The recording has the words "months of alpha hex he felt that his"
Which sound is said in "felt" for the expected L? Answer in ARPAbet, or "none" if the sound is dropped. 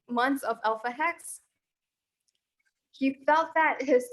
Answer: L